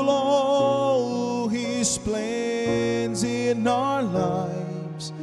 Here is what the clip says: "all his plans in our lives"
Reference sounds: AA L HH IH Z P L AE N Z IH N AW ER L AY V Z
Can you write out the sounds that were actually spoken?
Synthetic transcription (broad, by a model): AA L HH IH S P L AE N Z IH N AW ER L AY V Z